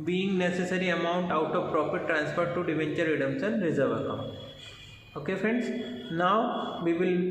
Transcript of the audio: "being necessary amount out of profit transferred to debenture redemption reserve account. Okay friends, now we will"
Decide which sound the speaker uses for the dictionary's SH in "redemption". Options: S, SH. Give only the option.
S